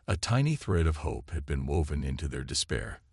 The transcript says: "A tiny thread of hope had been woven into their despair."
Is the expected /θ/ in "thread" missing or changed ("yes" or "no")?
no